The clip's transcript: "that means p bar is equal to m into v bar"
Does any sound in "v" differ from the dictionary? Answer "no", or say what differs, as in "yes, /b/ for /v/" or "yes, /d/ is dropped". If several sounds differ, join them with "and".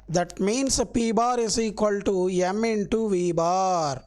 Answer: no